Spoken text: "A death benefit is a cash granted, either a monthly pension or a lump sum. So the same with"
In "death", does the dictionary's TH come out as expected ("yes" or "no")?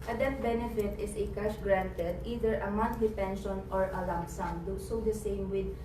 no